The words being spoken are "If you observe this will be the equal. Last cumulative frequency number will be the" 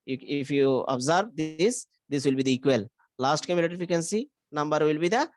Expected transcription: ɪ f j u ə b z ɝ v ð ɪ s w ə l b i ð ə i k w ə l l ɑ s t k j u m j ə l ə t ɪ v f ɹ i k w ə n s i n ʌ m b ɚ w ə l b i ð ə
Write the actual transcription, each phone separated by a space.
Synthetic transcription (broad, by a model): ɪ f j u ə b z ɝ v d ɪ s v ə l b i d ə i k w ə l l ɑ s t k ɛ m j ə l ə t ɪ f i k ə n s i n ʌ m b ɚ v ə l b i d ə